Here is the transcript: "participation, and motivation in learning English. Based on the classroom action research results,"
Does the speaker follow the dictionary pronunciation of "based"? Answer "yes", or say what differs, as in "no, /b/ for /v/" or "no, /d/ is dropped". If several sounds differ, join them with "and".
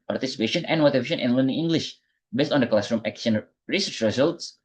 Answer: yes